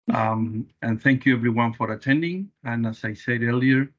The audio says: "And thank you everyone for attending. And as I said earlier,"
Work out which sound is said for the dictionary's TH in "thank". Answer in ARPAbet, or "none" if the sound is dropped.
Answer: TH